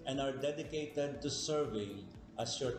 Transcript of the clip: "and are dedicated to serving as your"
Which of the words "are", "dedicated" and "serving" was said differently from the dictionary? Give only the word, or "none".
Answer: none